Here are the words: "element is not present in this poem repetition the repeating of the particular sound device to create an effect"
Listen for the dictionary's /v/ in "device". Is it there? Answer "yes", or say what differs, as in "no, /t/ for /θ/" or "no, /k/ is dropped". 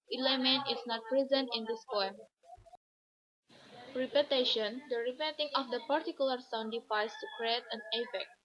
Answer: no, /f/ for /v/